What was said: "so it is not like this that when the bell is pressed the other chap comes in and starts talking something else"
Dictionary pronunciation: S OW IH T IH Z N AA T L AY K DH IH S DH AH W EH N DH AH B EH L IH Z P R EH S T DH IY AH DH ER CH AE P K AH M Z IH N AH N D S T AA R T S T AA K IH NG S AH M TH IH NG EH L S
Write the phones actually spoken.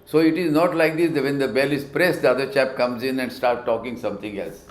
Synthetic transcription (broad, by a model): S OW IH T IH Z N AA T L AY K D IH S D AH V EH N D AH B EH L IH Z P R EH S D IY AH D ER CH AE P K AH M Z IH N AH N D S T AA R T T AA K IH NG S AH M T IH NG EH L S